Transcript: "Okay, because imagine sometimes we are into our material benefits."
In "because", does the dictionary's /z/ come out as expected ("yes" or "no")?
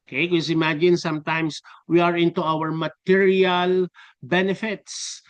no